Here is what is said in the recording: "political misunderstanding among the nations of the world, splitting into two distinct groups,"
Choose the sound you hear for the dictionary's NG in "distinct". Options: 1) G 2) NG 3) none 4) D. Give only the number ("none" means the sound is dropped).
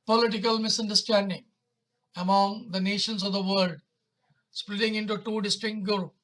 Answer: 3